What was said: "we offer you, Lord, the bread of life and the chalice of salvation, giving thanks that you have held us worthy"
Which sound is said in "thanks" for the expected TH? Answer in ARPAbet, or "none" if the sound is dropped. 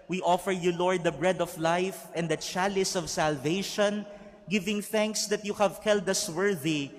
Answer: TH